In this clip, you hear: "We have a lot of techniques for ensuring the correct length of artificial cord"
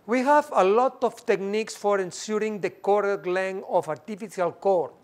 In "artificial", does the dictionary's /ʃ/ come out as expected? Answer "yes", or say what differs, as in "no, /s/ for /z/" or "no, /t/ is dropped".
no, /s/ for /ʃ/